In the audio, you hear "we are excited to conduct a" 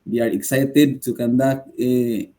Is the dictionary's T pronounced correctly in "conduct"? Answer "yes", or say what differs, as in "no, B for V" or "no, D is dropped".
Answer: no, T is dropped